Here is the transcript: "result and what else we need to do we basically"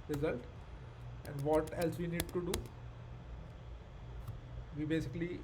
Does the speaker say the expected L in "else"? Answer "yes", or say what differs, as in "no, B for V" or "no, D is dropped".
yes